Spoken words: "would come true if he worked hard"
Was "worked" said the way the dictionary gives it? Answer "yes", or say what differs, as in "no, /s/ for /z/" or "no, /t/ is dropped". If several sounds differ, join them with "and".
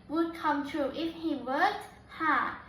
no, /k/ is dropped